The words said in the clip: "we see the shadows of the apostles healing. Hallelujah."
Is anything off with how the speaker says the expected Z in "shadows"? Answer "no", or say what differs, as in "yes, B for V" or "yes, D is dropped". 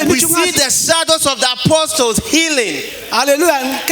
yes, S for Z